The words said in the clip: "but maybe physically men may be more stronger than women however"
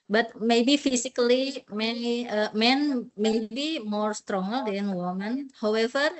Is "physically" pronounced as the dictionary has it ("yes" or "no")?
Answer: no